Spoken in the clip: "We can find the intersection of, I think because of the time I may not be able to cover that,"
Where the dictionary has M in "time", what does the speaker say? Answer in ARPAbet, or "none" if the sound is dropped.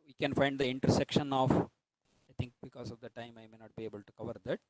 M